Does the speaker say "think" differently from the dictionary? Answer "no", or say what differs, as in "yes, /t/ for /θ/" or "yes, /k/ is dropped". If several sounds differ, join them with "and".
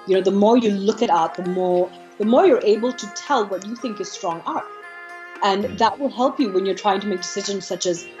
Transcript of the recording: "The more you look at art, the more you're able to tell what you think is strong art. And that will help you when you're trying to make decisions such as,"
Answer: no